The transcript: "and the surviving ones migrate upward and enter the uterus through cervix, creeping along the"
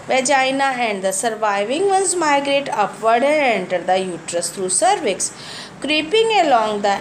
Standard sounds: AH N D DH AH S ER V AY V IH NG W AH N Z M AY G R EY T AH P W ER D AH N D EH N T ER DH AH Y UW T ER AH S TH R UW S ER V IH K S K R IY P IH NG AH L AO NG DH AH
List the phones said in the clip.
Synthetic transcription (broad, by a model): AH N D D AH S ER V AY V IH NG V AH N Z M AY G R EY T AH P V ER D AH N D EH N T ER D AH Y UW T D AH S T R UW S ER V IH K S K R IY P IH NG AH L AO NG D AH